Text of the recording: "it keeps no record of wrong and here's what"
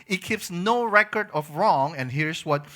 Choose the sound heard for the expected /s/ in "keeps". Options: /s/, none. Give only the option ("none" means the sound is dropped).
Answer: /s/